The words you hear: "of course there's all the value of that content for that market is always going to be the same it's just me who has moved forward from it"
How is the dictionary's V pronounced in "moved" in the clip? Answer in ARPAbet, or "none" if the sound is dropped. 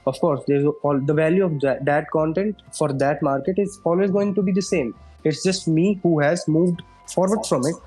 V